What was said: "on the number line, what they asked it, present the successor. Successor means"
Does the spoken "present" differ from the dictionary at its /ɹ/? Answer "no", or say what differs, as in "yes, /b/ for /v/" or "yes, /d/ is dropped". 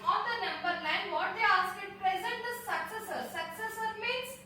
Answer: no